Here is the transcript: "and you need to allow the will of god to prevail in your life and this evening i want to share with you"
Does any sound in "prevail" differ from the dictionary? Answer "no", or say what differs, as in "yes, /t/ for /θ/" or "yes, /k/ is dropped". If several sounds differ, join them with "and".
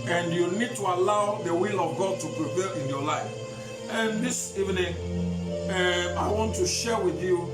yes, /p/ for /v/